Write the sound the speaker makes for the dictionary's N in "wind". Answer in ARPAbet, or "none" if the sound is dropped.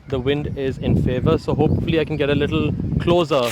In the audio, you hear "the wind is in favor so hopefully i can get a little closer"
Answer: N